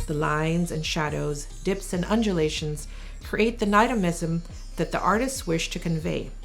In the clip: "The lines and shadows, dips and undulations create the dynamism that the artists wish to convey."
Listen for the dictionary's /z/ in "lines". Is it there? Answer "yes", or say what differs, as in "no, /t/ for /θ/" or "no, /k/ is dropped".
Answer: yes